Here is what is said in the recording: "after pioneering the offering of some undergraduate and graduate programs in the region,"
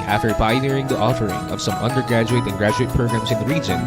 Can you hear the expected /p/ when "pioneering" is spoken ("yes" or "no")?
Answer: no